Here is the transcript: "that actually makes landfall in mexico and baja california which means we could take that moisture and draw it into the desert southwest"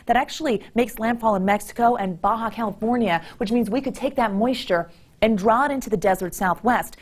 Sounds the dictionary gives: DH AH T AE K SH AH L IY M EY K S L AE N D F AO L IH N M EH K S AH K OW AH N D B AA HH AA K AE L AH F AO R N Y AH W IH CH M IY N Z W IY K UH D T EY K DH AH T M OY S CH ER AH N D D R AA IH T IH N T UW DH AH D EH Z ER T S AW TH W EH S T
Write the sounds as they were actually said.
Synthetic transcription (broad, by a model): DH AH T AE K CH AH L IY M EY K S L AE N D F AO L IH N M EH K S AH K OW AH N B AA HH AA K AE L AH F AO R N Y AH W IH CH M IY N Z W IY K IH D T EY K DH AH T M OY S CH ER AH N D D R AA IH T IH N T UW DH AH D EH Z ER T S AW TH W EH S T